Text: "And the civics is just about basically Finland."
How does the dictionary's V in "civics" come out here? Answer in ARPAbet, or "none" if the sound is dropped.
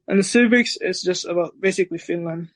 B